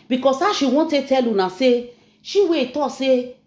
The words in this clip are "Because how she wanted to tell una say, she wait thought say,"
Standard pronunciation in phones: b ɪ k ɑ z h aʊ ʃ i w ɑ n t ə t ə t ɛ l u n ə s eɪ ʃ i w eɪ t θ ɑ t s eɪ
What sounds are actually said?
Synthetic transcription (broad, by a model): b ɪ k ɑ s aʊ ʃ i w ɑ t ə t t ɛ l u n ə s eɪ ʃ i w eɪ t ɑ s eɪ